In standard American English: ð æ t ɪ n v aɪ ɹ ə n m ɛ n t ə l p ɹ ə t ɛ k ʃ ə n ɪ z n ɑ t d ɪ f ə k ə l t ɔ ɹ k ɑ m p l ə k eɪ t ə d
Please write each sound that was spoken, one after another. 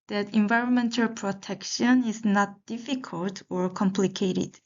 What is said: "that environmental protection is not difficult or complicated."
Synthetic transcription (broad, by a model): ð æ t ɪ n v aɪ ɹ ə n m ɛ n t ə l p ɹ ə t ɛ k ʃ ə n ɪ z n ɑ t d ɪ f ə k ə l t ɔ ɹ k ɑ m p l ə k eɪ t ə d